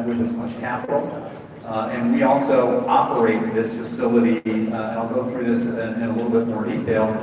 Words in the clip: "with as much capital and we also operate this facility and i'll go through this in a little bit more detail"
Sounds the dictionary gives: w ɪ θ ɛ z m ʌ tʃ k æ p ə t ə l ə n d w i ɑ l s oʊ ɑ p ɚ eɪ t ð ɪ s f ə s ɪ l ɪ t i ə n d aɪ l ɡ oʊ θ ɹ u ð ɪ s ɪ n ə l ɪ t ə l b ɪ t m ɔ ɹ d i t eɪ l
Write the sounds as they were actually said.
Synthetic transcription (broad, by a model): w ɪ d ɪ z m ʌ tʃ k æ p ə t l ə n w i ɑ l s oʊ ɑ p ɚ eɪ t ð ɪ s f ə s ɪ l ɪ t i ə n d aɪ l ɡ oʊ θ ɹ u ð ɪ s ɪ n ə l ɪ t l b ɪ t m ɔ ɹ d i t eɪ l